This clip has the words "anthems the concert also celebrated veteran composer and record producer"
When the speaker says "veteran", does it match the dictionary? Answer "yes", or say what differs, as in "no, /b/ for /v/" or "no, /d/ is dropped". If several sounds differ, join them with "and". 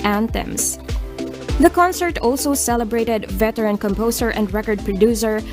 yes